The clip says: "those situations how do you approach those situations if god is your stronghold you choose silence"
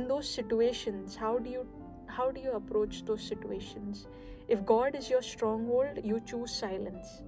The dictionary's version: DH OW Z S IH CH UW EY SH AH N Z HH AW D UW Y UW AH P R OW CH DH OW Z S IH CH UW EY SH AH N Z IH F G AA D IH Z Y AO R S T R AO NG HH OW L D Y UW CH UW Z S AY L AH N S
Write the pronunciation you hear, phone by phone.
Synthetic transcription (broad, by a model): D OW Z S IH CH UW EY SH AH N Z HH AW D UW Y UW AH P R OW CH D OW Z S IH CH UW EY SH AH N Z IH F G AA D IH Z Y AO R S T R AO NG HH OW L D Y UW CH UW Z S AY L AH N S